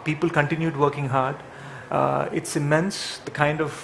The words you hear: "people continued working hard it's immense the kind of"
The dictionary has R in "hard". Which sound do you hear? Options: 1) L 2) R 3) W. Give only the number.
2